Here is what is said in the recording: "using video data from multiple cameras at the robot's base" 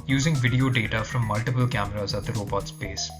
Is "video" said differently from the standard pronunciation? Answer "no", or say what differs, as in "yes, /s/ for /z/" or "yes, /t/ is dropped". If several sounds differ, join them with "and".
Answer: no